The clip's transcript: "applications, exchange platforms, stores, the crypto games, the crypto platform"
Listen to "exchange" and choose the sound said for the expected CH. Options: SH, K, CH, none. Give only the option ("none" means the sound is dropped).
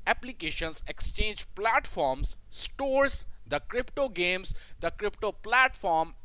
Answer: CH